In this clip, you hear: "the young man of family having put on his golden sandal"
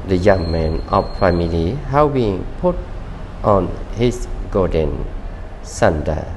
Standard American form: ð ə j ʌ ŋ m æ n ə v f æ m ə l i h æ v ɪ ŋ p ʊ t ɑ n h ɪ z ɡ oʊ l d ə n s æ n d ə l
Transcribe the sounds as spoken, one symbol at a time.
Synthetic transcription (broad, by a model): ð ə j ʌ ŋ m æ n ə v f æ m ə l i h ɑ b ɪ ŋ p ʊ t ɑ n h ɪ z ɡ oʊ d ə n s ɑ n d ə